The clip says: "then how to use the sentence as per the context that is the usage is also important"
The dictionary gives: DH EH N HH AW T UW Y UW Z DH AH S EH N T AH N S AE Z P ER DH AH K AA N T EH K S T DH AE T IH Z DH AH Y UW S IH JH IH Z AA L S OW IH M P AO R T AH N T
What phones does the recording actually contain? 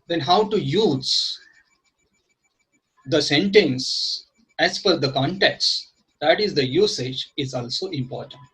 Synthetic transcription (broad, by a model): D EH N HH AW T UW Y UW Z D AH S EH N T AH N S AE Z F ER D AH K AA N T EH K S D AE T IH Z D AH Y UW S IH JH IH Z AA L S OW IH M P AO R T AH N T